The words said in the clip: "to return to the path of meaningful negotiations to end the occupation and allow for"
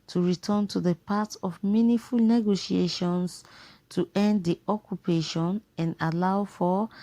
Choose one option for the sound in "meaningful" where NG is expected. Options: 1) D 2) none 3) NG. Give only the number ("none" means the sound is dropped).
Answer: 2